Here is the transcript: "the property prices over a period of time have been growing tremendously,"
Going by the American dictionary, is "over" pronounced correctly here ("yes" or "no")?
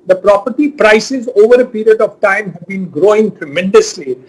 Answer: yes